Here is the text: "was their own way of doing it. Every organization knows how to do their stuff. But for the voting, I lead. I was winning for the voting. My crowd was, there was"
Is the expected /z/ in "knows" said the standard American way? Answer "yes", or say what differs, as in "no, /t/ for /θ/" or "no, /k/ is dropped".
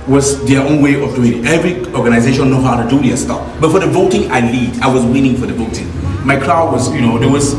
no, /z/ is dropped